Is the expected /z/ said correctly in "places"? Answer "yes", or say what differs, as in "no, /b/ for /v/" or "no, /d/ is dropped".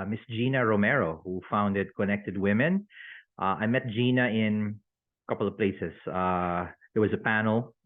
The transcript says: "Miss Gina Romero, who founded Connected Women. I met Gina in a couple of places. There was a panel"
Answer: no, /s/ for /z/